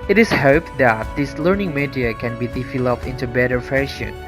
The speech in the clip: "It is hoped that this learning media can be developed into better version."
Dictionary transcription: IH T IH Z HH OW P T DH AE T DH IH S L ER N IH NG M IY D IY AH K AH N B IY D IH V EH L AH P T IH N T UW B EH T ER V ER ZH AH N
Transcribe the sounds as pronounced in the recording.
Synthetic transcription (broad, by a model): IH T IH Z HH OW P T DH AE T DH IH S L ER N IH NG M IY D IY AH K AH N B IY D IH F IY L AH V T IH N T UW B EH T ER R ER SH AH N